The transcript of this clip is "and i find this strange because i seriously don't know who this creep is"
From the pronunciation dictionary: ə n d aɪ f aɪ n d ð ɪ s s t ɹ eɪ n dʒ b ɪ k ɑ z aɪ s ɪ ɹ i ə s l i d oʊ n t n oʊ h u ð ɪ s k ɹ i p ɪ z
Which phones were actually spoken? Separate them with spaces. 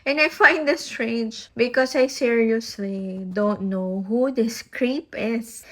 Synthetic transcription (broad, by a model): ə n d aɪ f aɪ n d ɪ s s t ɹ eɪ n dʒ b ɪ k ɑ s aɪ s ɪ ɹ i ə s l i d oʊ n t n oʊ h u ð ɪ s k ɹ i p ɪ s